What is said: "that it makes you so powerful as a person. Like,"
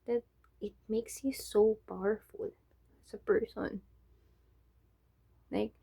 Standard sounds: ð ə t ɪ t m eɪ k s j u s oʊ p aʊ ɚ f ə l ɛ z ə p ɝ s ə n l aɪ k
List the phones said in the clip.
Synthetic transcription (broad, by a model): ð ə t ɪ t m eɪ k s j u s oʊ b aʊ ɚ f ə l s ə p ɝ s ə n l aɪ k